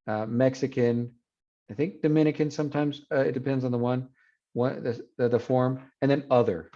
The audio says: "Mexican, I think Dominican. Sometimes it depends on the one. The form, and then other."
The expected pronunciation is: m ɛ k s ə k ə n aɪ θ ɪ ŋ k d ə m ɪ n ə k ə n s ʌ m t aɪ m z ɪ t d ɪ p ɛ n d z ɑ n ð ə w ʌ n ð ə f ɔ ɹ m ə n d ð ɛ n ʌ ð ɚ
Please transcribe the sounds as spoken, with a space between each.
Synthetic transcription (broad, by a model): m ɛ k s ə k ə n aɪ θ ɪ ŋ k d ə m ɪ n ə k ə n s ʌ m t aɪ m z ɪ t d ɪ p ɛ n d z n ð ə w ʌ n ð ə f ɔ ɹ m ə n ð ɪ n ʌ ð ɚ